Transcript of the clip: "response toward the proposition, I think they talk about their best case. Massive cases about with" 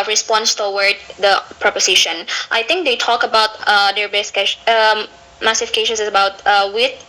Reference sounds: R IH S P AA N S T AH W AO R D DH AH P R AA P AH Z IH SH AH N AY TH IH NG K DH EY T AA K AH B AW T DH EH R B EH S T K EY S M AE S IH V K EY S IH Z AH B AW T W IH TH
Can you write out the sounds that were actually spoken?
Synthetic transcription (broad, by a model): R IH S P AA N S T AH W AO R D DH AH P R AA P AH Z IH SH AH N AY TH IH NG K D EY T AA K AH B AW T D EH R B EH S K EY M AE S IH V K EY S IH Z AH B AW T W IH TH